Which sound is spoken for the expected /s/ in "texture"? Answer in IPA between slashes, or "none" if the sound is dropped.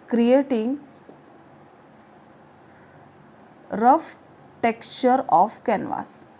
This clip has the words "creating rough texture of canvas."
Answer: /s/